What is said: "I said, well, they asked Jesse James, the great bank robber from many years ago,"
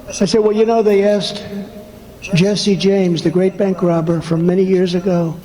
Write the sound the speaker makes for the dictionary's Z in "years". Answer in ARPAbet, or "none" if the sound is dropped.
Z